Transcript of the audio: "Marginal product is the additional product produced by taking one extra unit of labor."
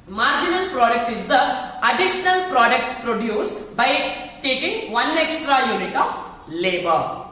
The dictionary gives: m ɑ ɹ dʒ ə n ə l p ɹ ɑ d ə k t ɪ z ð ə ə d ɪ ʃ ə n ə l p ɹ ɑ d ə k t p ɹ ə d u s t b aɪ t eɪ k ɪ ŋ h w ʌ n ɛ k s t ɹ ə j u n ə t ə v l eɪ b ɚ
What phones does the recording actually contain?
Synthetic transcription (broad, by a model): m ɑ ɹ dʒ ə n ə l p ɹ ɑ d ə k t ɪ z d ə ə d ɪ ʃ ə n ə l p ɹ ɑ d ə k t p ɹ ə d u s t b aɪ t eɪ k ɪ ŋ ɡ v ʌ n ɛ k s t ɹ ə j u n ə t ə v l eɪ b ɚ